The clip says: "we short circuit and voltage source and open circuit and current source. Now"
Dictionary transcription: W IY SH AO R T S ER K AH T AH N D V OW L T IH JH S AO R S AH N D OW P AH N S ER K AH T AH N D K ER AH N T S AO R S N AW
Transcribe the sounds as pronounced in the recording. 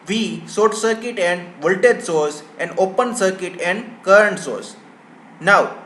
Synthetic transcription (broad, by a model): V IY S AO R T S ER K AH T AH N D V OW L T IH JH S AO R S AH N D OW P AH N S ER K AH T AH N D K ER AH N T S AO R S N AW